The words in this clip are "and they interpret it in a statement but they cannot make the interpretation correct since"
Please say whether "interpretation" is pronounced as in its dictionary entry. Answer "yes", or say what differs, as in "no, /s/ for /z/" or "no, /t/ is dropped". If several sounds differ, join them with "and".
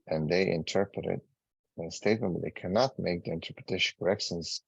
no, /ʃ/ is dropped